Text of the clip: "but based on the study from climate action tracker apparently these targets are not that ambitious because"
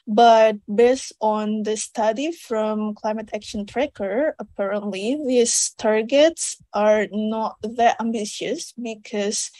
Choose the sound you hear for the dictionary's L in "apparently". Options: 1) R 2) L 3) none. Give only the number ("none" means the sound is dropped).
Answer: 2